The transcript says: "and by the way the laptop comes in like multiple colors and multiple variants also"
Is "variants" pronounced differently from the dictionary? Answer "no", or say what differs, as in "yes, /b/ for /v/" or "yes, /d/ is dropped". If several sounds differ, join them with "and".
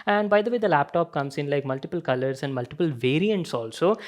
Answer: no